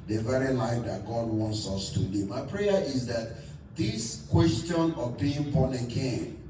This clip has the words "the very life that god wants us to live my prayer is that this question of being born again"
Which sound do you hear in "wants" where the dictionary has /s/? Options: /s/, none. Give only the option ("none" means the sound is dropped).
/s/